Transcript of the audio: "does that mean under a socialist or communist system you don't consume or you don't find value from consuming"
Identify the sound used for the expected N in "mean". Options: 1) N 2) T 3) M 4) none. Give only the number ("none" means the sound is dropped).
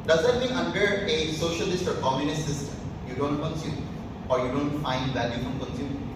4